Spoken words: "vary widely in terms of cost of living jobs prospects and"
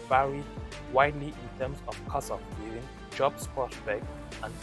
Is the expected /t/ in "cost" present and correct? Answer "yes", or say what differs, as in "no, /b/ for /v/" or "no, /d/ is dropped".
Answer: no, /t/ is dropped